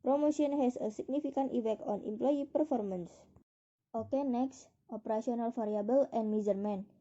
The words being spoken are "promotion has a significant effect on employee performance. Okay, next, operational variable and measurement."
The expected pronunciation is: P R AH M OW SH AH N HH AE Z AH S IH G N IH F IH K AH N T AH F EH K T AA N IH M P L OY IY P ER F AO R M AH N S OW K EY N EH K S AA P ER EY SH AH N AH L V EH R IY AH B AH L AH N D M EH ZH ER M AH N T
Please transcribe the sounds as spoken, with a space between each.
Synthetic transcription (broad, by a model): P R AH M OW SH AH N HH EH S AH S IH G N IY F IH K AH N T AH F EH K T AA N IH M P L OY IY P ER F AO R M AH N S OW K EY N EH K S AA P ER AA S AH N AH L F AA R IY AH B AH L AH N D M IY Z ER M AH N